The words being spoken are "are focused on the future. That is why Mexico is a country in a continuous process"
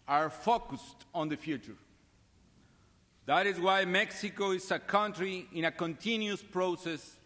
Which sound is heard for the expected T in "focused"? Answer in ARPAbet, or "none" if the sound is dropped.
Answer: T